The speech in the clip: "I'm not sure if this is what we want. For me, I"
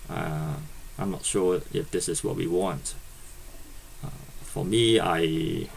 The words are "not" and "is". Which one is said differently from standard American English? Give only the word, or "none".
is